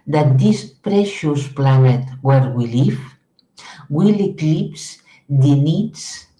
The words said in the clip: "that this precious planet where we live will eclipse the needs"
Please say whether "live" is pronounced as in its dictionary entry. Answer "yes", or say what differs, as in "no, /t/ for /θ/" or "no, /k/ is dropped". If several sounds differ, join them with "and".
no, /w/ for /v/